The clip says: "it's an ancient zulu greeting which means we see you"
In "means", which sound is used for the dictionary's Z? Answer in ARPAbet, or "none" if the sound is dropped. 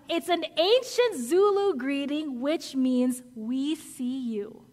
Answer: Z